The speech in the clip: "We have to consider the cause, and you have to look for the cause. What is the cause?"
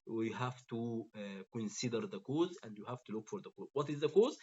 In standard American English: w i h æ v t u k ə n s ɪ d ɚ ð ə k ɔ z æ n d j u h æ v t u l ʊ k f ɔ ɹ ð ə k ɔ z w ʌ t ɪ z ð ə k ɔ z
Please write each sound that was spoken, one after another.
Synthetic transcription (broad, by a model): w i h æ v t u k ə n s ɪ d ɚ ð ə k ɔ z æ n d j u h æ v t u l ʊ k f ɔ ɹ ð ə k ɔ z w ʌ t ɪ z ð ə k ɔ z